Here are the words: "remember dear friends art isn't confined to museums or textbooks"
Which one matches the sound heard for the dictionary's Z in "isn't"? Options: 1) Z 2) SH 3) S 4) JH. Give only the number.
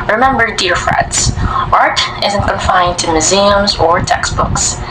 1